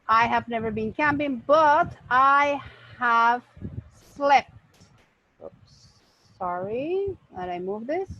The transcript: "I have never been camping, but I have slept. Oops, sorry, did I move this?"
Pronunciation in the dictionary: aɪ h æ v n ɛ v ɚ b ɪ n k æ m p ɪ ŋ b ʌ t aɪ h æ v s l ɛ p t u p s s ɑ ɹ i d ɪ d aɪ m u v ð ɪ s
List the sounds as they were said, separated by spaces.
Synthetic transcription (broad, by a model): aɪ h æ v n ɛ v ɚ b ɪ n k æ m p ɪ ŋ b ʌ t aɪ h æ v s l ɛ p t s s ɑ ɹ i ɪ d aɪ m u v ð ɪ s